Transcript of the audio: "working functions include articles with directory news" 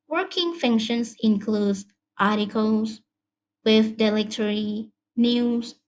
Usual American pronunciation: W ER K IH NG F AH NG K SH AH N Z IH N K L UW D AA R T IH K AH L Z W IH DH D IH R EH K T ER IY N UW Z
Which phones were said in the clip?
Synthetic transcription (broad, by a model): W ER K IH NG F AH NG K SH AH N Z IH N K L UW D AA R T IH K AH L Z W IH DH D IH L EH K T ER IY N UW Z